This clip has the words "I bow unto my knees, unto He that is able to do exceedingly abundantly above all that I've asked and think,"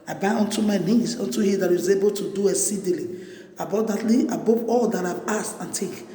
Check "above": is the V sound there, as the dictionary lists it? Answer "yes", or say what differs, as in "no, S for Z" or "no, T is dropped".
no, P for V